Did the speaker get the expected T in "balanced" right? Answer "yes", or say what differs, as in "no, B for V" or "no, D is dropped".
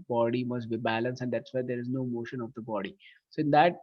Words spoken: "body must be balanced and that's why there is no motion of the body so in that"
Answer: no, T is dropped